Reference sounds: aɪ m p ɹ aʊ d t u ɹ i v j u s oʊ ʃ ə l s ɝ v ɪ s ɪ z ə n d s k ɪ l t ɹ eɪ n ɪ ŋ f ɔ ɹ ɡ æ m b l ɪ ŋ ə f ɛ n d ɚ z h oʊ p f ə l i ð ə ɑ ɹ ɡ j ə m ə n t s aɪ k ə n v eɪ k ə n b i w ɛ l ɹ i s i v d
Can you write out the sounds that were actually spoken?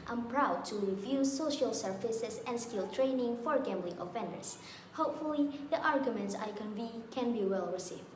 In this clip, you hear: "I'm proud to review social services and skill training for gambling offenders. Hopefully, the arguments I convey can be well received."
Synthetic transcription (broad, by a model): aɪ m p ɹ aʊ d t u ɹ i v j u s oʊ ʃ ə l s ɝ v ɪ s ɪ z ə n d s k ɪ l t ɹ eɪ n ɪ ŋ f ɔ ɹ ɡ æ m b l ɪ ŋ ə f ɛ n d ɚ s h oʊ p f ə l i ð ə ɑ ɹ ɡ j ə m ə n t s aɪ k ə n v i k ə n b i w ɛ l ɹ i s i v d